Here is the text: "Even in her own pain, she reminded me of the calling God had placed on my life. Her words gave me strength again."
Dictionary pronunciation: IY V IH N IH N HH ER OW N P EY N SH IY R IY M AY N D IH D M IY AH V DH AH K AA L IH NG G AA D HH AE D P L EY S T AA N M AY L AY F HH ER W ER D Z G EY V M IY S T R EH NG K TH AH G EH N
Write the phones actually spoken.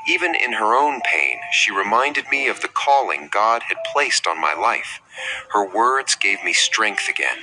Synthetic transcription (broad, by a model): IY V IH N IH N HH ER OW N P EY N SH IY R IY M AY N D IH D M IY AH V DH AH K AA L IH NG G AA D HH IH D P L EY S T N M AY L AY F HH ER W ER D Z G EY V M IY S T R EH NG K TH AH G EH N